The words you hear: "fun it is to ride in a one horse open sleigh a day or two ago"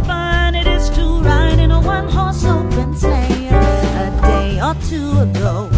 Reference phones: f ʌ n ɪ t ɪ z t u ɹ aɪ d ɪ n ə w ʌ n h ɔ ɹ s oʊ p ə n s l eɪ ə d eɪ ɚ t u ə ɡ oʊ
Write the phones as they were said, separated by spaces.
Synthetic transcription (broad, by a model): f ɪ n ɪ t ɪ z t u ɹ aɪ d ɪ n ə w ʌ n h ɔ ɹ s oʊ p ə n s eɪ ə d eɪ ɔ t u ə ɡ oʊ